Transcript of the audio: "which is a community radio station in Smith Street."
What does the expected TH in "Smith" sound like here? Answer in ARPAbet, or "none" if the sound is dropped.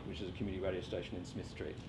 TH